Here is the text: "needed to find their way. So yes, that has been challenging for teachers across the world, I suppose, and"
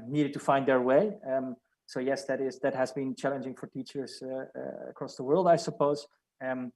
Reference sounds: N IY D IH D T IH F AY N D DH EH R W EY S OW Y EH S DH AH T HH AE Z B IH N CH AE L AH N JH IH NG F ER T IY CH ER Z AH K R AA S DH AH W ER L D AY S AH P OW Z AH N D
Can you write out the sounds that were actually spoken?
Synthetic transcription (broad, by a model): N IY D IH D T IH F AY N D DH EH R W EY S OW Y EH S DH AH T HH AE Z B IH N CH AE L AH N JH IH NG F ER T IY CH ER Z AH K R AA S DH AH W ER L D AY S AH P OW AH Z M